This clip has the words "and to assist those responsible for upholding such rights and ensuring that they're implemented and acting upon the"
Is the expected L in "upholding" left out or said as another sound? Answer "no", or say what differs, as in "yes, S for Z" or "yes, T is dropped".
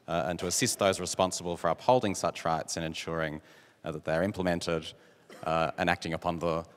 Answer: no